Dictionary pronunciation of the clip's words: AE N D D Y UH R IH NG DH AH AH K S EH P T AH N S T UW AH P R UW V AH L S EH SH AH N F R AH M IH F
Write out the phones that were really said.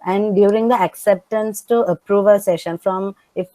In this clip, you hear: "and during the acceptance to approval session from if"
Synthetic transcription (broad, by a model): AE N D D Y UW R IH NG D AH AH K S EH P T AH N S T UW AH P R UW V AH S EH SH AH N F R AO M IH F